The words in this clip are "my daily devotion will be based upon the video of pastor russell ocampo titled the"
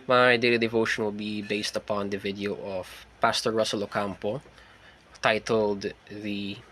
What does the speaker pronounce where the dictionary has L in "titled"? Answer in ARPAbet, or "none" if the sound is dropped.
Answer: L